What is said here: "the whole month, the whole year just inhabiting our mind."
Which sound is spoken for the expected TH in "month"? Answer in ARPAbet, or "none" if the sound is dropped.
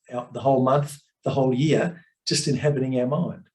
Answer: TH